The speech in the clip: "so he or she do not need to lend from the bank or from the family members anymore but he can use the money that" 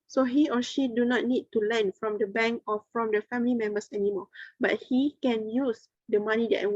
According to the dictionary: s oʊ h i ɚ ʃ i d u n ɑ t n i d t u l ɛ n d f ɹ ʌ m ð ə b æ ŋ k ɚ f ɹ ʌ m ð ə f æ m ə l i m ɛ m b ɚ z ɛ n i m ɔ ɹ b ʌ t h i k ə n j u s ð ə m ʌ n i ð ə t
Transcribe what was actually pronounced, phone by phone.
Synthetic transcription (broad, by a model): s oʊ h i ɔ ʃ i d u n ɑ t n i d t u l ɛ n f ɹ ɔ m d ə b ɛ ŋ k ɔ f ɹ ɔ m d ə f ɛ m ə l i m ɛ m b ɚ s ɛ n i m ɔ b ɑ t h i k ə n j u s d ə m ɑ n i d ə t